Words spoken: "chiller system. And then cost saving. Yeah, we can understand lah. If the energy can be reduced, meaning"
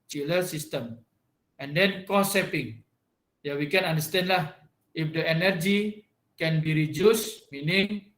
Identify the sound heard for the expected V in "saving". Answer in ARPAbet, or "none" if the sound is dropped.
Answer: P